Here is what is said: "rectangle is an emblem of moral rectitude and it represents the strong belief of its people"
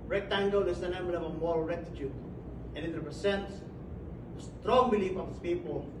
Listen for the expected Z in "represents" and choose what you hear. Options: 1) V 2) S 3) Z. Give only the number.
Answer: 2